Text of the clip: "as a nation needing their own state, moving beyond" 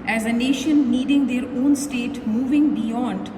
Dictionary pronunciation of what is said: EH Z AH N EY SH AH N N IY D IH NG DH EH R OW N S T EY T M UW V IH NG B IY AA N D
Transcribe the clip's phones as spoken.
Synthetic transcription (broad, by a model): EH Z AH N EY SH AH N N IY D IH NG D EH R OW N S T EY T M UW V IH NG B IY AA N D